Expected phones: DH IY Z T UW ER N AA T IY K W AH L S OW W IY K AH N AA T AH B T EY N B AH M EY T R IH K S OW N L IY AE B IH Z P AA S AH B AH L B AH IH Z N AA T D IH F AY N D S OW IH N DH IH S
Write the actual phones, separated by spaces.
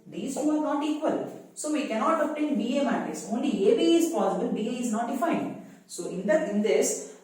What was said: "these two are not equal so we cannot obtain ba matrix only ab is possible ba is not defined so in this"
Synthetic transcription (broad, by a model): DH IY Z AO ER N AA T IY K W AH L S OW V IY K AH N AA T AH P T EY N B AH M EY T IH S OW N L IY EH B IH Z P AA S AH B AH L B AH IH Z N AA T D IH F AY N D S OW IH N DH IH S